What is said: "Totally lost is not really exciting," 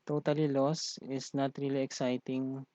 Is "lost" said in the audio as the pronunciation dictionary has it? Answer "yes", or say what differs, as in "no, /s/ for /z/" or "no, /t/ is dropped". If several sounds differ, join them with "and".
no, /t/ is dropped